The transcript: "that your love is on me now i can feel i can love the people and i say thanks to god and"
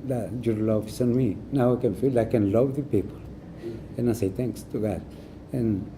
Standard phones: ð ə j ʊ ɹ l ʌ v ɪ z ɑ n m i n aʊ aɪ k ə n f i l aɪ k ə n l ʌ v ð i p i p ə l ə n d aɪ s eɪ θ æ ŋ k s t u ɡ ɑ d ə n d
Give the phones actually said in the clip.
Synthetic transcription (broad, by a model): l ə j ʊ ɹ l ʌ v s ɑ n m i n aʊ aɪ k ə n f i l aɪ k ə n l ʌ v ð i p i p ə l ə n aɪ s eɪ t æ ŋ k s t u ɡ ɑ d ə n